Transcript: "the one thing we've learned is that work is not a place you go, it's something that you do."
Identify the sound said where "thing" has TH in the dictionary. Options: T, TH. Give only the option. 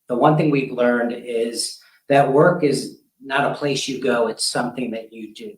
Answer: TH